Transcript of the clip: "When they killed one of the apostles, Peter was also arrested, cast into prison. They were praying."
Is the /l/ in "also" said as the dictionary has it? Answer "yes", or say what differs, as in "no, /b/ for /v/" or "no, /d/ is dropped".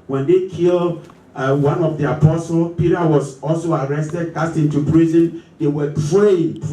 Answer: yes